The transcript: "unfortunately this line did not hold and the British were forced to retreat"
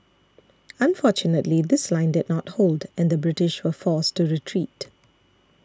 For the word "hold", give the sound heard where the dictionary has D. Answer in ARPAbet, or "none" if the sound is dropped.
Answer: D